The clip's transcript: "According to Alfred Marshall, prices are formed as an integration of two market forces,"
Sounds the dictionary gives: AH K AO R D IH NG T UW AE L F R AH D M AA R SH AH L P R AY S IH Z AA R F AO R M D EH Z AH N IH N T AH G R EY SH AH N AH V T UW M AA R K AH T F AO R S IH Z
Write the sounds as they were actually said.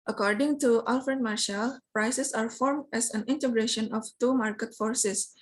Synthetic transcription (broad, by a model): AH K AO R D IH NG T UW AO L F R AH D M AA R SH AH L P R AY S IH S AA R F AO R M D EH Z AH N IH N T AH G R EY SH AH N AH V T UW M AA R K AH T F AO R S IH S